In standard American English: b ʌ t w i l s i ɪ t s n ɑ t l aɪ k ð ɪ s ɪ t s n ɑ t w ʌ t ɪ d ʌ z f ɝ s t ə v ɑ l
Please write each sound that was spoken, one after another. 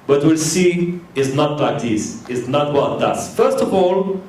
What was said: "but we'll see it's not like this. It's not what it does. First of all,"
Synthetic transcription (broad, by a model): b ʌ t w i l s i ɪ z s n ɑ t l aɪ k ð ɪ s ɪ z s n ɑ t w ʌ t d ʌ s f ɝ s t ə v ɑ l